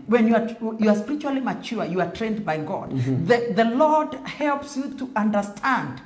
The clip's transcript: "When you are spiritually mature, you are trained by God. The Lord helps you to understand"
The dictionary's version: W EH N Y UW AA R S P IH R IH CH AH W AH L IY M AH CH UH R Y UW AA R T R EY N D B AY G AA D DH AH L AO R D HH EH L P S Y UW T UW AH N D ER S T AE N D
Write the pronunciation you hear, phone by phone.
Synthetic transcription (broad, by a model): W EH N Y UW AA R S P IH R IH CH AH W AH L IY M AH CH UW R Y UW AA R T R EY N D B AY G AA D DH AH L AO R D HH EH L P S Y UW T UW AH N D ER S T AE N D